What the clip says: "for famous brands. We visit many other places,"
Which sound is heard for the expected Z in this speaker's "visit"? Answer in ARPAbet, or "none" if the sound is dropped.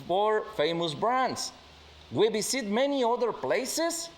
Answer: S